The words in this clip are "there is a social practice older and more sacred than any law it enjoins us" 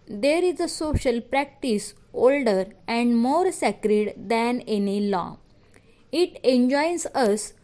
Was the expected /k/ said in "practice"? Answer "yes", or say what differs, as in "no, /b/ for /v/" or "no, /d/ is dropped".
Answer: yes